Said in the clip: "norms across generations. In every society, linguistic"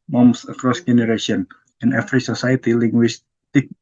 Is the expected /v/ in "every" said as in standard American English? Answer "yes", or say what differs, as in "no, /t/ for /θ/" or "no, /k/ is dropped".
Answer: no, /f/ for /v/